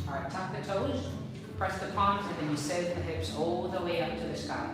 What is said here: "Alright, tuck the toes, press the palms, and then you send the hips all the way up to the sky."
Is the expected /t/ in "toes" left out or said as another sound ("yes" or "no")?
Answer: no